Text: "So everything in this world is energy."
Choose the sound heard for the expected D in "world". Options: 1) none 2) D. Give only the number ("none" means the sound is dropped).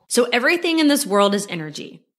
2